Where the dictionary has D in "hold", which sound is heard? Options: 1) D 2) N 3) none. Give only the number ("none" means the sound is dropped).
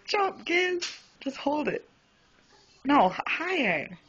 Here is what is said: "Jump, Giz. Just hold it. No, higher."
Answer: 1